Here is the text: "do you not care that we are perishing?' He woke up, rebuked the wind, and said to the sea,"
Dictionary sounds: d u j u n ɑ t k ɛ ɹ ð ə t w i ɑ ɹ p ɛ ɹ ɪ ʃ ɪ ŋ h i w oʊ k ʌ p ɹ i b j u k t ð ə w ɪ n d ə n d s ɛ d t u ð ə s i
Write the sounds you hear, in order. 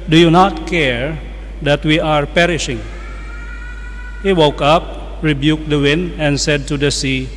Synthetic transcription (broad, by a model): d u j u n ɑ t k ɛ ɹ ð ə t w i ɑ ɹ p ɛ ɹ ɪ ʃ ɪ ŋ h i w oʊ k ʌ p ɹ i b j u k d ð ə w ɪ n d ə n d s ɛ d t u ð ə s i